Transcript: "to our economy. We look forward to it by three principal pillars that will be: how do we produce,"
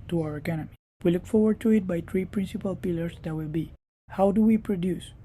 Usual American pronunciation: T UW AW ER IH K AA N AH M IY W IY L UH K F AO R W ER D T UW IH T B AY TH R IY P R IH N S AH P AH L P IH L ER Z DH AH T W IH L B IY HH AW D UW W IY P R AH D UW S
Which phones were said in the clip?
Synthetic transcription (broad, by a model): T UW AW ER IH K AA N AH M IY W IY L UH K F AO R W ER D T UW IH T B AY T R IY P R IH N S AH P AH L P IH L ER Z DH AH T W IH L B IY HH AW D UW W IY P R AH D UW S